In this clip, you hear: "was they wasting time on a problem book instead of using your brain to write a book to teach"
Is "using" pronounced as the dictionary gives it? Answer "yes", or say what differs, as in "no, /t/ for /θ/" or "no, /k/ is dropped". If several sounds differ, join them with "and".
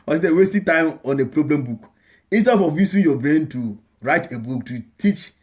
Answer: no, /s/ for /z/